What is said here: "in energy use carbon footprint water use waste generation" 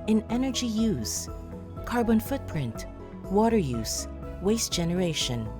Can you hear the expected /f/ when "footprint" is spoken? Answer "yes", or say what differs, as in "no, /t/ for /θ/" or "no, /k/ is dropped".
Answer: yes